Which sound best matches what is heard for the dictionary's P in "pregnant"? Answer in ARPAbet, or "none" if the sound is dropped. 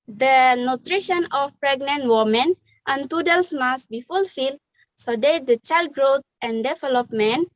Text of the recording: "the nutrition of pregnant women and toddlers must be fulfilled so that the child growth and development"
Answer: P